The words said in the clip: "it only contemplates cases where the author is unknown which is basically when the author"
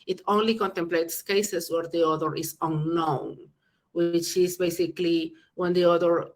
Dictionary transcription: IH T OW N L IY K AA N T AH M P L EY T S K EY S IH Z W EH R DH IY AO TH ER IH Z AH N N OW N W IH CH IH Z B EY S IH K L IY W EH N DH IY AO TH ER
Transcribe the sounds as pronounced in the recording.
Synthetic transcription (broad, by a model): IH T OW N L IY K AA N T AH M P L EY T S K EY S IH S W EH R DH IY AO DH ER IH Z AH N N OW N W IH CH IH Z B EY S IH K L IY W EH N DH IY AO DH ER